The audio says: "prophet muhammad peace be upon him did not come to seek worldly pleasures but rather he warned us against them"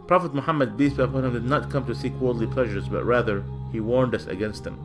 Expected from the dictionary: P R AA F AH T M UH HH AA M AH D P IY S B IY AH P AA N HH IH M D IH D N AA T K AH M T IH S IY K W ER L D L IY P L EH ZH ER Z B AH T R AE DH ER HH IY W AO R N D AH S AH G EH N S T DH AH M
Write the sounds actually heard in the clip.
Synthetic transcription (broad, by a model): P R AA F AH T M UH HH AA M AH D B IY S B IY AH P AA N HH IH M D IH D N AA T K AH M T IH S IY K W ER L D L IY P L EH ZH ER Z B AH T R AE DH ER HH IY W AO R N D AH S AH G EH N S T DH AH M